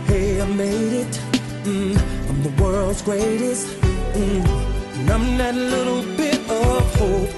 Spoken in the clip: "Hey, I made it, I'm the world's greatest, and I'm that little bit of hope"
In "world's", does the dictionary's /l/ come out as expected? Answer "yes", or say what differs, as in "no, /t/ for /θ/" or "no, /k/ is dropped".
yes